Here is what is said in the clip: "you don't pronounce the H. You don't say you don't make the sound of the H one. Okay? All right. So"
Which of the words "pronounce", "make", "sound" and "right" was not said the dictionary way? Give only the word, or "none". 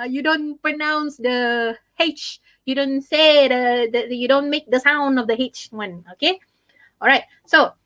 none